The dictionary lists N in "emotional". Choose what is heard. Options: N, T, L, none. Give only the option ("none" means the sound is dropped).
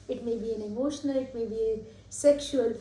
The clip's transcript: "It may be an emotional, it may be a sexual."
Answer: N